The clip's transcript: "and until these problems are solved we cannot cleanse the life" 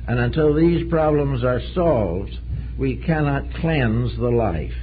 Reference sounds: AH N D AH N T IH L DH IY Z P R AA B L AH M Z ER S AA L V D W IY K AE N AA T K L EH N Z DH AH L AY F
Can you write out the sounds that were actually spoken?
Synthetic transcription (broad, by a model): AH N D AH N T IH L DH IY Z P R AA B L AH M Z ER S AA L V D W IY K AE N AA T K L EH N Z DH AH L AY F